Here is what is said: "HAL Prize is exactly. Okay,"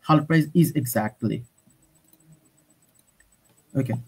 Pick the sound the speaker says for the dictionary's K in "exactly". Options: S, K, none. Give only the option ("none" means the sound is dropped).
K